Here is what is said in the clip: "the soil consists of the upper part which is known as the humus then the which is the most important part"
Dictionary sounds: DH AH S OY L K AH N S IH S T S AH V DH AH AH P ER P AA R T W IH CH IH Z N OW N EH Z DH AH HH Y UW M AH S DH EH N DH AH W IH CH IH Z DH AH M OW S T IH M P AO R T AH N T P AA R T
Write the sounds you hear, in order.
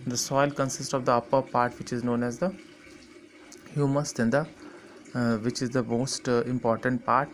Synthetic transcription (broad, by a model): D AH S OY L K AH N S IH S T S AH V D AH AH P ER P AA R T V IH CH IH Z N OW N EH Z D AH HH Y UW M AH S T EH N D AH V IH CH IH Z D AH M OW S T IH M P AO R T AH N T P AA R T